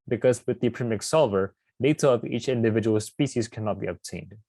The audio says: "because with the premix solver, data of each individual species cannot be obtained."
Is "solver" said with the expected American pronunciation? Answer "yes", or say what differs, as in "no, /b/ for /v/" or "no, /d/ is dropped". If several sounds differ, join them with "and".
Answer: yes